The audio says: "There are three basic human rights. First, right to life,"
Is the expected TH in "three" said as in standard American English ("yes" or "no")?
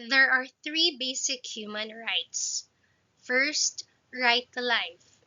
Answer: yes